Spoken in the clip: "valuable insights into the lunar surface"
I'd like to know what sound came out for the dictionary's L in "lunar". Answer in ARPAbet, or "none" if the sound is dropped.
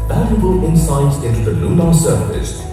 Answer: N